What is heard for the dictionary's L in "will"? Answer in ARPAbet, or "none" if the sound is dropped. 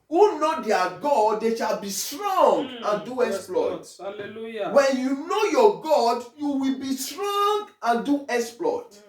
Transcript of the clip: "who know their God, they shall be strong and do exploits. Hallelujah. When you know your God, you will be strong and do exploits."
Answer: L